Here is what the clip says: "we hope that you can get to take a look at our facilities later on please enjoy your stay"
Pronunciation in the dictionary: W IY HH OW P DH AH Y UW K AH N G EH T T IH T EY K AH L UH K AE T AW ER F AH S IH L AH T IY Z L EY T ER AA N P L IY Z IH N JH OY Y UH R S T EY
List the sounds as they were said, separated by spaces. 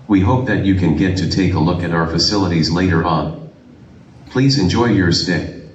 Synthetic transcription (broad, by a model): W IY HH OW P DH AH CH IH K AH N G EH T T IH T EY K AH L UH K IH T AW ER F AH S IH L AH T IY Z L EY T ER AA N P L IY Z IH N JH OY Y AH R S T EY